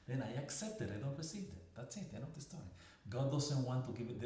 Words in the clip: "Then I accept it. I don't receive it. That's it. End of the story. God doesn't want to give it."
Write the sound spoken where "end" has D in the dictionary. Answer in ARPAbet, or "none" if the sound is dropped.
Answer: none